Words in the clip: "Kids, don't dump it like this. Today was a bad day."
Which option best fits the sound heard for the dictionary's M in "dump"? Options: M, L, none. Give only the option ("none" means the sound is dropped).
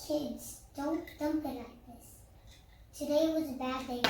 M